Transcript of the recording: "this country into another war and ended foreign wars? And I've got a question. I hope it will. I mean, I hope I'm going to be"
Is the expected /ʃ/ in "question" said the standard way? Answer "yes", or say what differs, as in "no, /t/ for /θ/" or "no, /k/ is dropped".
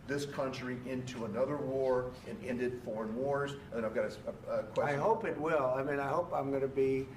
no, /ʃ/ is dropped